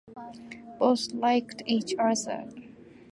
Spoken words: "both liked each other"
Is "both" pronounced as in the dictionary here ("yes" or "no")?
no